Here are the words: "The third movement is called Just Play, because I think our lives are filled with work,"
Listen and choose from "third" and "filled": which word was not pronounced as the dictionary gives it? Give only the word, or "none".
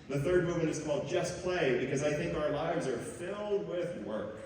none